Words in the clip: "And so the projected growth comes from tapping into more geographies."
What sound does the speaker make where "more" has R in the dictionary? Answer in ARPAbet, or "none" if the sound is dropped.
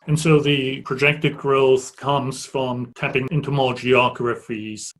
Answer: L